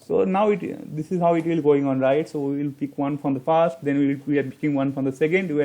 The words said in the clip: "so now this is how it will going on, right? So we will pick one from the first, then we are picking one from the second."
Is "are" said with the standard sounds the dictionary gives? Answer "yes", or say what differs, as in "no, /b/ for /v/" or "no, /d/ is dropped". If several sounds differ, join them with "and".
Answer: no, /l/ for /ɹ/